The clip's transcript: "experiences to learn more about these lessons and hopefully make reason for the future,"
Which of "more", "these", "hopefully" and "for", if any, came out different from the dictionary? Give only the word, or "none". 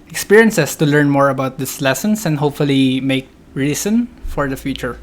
these